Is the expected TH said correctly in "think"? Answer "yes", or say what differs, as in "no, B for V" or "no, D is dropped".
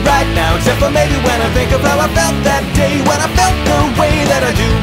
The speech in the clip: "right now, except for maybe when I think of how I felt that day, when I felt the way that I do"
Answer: yes